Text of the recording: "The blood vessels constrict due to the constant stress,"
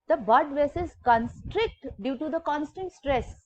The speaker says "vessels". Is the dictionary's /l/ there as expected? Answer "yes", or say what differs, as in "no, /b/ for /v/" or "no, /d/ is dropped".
no, /l/ is dropped